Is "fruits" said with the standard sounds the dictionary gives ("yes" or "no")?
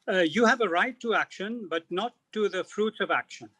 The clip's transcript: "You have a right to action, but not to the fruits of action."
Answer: yes